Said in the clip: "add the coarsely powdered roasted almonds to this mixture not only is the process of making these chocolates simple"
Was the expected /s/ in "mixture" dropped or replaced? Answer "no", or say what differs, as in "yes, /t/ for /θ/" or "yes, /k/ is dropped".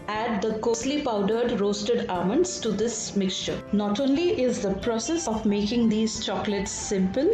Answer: no